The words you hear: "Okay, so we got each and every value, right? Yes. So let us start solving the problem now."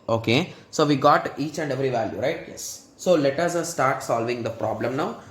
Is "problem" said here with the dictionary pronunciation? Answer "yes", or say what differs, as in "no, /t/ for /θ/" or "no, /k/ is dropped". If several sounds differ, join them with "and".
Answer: yes